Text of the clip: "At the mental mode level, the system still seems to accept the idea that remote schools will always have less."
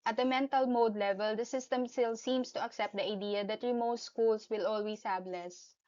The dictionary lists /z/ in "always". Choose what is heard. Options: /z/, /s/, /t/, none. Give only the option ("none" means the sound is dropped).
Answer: /s/